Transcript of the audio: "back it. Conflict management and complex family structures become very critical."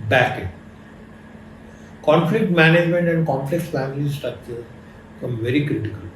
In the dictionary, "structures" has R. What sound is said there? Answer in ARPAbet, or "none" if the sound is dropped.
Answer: none